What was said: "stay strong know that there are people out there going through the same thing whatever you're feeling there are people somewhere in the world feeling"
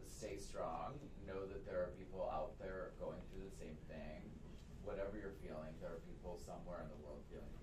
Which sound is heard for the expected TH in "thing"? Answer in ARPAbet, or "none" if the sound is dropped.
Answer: TH